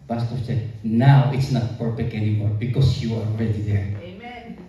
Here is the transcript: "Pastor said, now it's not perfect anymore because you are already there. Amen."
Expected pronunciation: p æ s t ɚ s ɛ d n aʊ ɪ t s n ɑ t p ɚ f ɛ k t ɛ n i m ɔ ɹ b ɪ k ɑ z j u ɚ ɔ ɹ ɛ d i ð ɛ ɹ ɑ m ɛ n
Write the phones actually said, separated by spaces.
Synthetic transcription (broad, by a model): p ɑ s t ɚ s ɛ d n aʊ ɪ t s n ɑ t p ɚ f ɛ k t ɛ n i m ɔ ɹ b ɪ k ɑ s j u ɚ ɔ ɹ ɛ d i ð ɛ ɹ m